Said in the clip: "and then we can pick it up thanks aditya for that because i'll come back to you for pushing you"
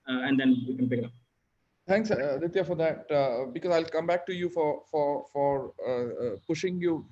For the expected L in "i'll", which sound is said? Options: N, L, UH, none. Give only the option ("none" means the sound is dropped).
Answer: L